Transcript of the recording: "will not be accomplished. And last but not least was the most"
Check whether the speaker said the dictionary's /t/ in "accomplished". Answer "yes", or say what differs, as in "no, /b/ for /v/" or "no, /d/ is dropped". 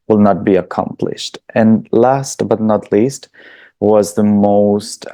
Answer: yes